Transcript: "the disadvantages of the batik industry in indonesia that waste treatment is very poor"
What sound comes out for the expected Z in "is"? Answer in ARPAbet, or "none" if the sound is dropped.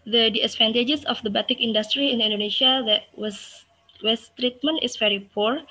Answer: S